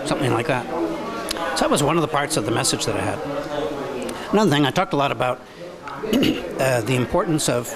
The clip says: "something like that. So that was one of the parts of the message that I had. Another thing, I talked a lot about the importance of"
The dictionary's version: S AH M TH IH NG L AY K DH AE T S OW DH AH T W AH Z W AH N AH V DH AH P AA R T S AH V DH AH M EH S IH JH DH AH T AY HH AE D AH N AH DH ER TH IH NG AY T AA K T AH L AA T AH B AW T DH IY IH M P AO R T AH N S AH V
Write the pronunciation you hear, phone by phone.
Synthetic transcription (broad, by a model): S AH M TH IH NG L AY K DH AE T S OW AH T W AH Z W AH N AH V DH AH P AA R T S AH V DH AH M EH S IH JH DH AH T AY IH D AH N AH DH ER TH IH NG AY T AA K T AH L AA T AH B AW T DH IY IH M P AO R T N S AH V